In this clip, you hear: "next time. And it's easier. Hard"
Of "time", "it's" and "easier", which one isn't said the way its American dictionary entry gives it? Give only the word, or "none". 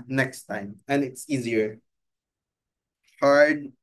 none